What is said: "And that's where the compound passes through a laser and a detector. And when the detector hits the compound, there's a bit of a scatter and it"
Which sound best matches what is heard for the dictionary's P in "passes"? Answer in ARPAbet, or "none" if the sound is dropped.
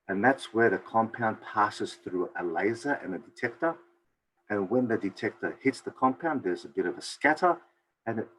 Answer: P